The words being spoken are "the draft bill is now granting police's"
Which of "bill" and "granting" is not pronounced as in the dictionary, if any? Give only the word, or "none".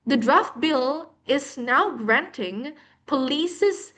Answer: none